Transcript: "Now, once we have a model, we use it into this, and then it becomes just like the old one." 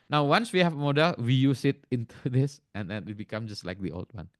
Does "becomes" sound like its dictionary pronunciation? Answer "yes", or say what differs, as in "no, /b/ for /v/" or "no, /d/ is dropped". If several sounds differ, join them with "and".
no, /z/ is dropped